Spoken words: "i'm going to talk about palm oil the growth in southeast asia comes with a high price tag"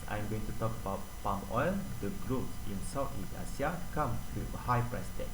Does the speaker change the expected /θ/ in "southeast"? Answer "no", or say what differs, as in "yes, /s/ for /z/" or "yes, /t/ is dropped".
yes, /t/ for /θ/